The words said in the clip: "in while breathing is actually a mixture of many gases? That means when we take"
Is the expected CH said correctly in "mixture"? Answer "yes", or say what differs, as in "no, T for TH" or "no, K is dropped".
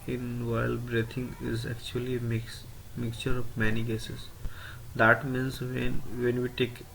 yes